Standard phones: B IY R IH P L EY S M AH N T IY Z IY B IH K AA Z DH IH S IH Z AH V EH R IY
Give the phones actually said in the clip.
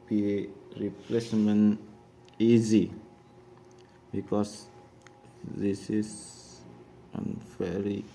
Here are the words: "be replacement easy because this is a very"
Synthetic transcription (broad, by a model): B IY R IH P L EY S M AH N IY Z IY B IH K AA S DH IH S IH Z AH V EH R IY